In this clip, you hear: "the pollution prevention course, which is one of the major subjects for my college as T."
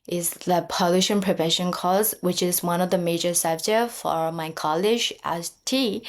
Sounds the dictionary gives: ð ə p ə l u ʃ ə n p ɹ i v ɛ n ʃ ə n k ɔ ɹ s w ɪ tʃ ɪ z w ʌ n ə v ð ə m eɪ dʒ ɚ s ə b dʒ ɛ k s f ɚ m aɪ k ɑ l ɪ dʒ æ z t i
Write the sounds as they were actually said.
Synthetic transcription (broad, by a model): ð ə p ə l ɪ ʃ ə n p ɹ i v ɛ n ʃ ə n k ɔ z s w ɪ tʃ ɪ z w ʌ n ə v ð ə m eɪ dʒ ɚ s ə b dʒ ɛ f ɚ m aɪ k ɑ l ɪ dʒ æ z t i